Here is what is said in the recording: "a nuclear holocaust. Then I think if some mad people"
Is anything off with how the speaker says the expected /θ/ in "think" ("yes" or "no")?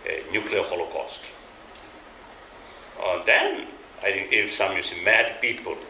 yes